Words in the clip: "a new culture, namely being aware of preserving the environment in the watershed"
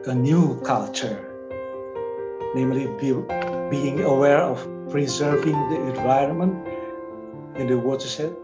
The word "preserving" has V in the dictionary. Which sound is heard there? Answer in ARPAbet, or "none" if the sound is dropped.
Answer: V